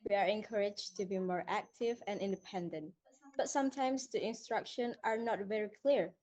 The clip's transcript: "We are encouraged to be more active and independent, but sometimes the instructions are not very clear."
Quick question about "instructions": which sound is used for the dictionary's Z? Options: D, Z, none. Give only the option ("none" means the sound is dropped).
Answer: none